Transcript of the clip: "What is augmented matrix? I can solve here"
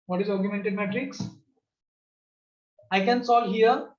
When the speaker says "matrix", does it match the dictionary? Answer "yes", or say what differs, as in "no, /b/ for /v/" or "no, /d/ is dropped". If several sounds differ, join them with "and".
yes